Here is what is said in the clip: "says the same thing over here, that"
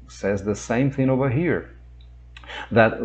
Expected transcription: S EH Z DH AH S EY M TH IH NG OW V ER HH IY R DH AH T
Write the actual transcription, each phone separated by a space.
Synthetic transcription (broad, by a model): S EH Z DH AH S EY M TH IH NG OW V ER HH IY R DH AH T